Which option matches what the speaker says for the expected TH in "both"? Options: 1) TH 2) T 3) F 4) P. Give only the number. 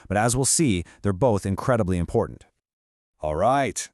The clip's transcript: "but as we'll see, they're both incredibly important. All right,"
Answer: 1